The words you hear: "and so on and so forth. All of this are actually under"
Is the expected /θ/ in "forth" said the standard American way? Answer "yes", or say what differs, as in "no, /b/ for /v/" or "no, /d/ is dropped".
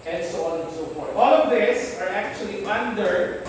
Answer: no, /t/ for /θ/